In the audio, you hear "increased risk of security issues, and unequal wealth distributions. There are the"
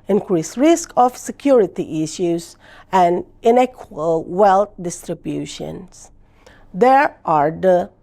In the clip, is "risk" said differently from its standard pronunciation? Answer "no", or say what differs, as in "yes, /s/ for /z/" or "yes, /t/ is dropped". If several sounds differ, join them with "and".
no